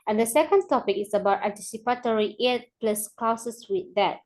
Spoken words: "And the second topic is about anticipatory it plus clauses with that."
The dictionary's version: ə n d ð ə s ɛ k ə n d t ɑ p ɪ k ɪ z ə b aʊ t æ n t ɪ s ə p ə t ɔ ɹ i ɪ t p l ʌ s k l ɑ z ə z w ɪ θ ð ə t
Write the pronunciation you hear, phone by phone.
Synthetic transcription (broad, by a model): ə n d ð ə s ɛ k ə n d t ɑ p ɪ k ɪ s ə b aʊ t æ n t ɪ s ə p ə t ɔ ɹ i ɪ t p l ʌ s k l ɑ s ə s w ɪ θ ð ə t